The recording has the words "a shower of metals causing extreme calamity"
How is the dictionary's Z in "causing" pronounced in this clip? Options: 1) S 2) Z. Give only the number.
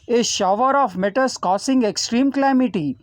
1